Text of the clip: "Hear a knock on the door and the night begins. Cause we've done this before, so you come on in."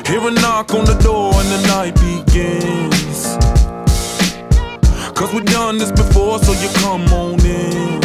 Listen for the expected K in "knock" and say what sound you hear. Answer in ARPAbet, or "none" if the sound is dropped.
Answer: K